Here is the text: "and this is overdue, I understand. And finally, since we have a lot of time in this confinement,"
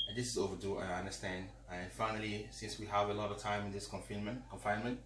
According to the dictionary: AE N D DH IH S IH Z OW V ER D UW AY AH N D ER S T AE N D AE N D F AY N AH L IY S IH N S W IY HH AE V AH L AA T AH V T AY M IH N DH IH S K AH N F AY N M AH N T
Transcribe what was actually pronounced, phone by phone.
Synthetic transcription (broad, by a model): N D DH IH S IH Z OW V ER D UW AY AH N D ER S T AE N D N F AY N AH L IY S IH N S W IY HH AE V AH L AA T AH V T AY M IH N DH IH S K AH N F AY N M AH N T